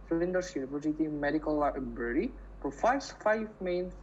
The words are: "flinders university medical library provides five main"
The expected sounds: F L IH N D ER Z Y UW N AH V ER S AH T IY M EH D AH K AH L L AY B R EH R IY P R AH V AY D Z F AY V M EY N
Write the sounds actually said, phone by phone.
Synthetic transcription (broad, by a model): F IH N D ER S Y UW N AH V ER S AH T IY M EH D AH K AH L L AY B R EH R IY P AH F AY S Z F AY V M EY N